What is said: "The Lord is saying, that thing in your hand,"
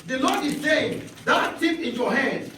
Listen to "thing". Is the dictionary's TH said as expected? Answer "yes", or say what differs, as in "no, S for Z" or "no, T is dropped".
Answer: no, T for TH